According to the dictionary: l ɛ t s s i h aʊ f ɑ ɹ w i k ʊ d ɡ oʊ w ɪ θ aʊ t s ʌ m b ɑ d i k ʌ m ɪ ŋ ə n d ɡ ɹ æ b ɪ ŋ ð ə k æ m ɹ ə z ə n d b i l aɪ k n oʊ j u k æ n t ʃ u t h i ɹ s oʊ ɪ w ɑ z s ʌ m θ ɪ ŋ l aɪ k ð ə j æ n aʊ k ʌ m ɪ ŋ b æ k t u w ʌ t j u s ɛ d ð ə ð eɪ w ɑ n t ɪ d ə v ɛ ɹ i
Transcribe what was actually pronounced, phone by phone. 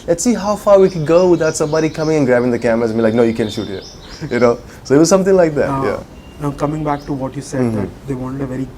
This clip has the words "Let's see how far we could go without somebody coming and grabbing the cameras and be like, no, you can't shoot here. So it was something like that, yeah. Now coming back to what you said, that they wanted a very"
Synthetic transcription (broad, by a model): l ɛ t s s i h aʊ f ɑ ɹ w i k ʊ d ɡ oʊ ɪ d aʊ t s ʌ m b ɑ d i k ʌ m ɪ ŋ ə n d ɡ ɹ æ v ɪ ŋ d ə k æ m ə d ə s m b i l aɪ k n oʊ j u k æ n ʃ u t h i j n oʊ ɪ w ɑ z s ʌ m t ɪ ŋ l aɪ k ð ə j æ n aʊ k ʌ m ɪ ŋ b æ k t u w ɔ t j u s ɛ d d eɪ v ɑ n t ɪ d ə v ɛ ɹ i